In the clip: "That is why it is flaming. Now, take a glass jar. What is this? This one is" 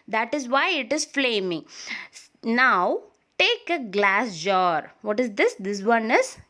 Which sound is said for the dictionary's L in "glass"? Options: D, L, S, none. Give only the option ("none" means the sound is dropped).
L